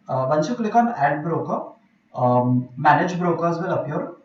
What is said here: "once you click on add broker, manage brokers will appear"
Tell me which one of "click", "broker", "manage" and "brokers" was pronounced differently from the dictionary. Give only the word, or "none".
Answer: none